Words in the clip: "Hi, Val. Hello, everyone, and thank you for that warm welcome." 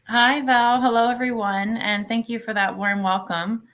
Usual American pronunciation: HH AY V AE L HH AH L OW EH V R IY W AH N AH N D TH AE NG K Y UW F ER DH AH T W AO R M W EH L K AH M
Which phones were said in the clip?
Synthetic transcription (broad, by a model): HH AY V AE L HH AH L OW EH V R IY W AH N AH N TH AE NG K Y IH F ER DH AH T W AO R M W EH L K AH M